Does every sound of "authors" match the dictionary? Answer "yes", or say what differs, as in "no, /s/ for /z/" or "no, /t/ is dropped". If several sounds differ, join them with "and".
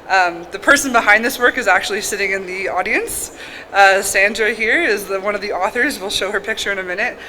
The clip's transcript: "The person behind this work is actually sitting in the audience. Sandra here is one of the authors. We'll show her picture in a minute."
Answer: yes